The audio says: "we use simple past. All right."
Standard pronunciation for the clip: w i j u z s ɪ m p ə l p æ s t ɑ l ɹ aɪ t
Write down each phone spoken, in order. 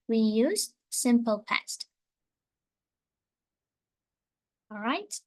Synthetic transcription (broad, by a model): w i j u z s ɪ m p ə l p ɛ s t ɑ l ɹ aɪ t